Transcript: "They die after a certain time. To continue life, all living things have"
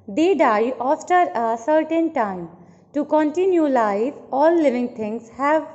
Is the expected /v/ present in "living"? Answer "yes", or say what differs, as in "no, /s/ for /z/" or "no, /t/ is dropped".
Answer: yes